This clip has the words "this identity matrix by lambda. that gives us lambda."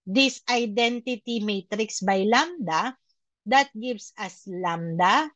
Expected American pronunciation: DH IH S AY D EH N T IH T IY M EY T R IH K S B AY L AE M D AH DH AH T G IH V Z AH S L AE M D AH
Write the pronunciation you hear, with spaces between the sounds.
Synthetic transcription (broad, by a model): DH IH S AY D EH N T IH T IY M EY T R IH K S B AY L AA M D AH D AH T G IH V S AH S L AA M D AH